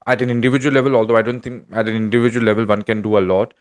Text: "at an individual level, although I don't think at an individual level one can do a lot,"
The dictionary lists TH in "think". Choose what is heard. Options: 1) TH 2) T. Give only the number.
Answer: 2